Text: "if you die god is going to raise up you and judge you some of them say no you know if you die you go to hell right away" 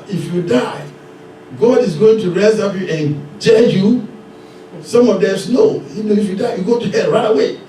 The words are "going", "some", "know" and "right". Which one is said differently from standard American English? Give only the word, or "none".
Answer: none